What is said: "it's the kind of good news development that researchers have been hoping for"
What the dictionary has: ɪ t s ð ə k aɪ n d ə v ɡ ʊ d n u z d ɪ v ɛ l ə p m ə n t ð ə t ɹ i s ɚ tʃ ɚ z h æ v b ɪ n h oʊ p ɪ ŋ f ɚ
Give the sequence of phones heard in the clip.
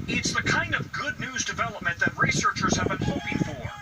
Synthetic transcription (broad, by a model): ɪ t s ð ə k aɪ n d ə v ɡ ʊ d n u z d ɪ v ɛ l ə p m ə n ð ə t ɹ i s ɚ tʃ ɚ z h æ v b ɪ n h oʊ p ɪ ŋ f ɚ